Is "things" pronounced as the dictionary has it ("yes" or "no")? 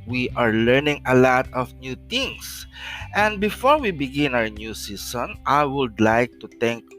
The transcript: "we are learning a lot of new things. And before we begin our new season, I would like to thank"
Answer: no